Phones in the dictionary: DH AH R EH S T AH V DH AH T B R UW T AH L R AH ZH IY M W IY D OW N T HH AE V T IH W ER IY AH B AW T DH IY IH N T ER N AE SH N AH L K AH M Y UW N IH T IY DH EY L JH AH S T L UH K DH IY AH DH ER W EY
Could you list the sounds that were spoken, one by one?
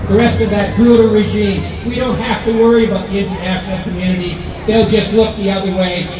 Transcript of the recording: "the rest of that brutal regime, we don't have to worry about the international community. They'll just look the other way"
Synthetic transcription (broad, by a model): DH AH R EH S T AH V DH AH T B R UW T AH R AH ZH IY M W IY D OW N T HH AE F T IH W ER IY AH B AW T DH IY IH N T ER AE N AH N K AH M Y UW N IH T IY DH EY L JH AH S T L UH K DH IY AH DH ER W EY